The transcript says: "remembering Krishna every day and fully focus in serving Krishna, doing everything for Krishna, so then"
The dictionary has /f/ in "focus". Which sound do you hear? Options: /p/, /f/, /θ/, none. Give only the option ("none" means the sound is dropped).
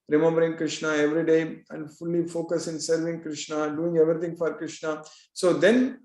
/f/